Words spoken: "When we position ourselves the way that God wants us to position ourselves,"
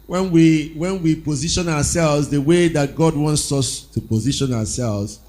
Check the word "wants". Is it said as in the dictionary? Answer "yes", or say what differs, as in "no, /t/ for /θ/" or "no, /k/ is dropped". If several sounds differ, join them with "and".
yes